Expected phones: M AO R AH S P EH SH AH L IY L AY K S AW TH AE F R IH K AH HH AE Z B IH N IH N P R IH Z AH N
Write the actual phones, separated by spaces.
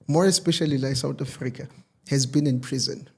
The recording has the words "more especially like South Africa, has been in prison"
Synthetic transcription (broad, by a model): M AO R AH S P EH SH AH L IY L AY K S AW T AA F R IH K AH HH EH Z B IH N IH N P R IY Z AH N